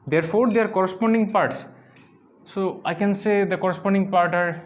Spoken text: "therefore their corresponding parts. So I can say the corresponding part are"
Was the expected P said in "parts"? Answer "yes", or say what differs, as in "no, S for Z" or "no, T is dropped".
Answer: yes